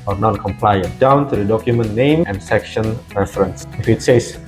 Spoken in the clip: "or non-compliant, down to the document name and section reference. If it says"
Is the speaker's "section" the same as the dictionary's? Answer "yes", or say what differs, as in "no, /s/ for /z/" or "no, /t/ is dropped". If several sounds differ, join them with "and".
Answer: yes